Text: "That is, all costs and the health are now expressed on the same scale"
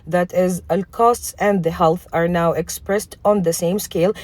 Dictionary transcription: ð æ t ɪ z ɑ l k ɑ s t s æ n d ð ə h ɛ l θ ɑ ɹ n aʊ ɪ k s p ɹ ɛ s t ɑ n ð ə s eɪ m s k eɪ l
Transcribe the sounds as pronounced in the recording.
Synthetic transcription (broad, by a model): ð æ t ɪ z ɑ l k ɑ s t s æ n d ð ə h ɛ l θ ɑ ɹ n aʊ ɪ k s p ɹ ɛ s t ɑ n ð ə s eɪ m s k eɪ l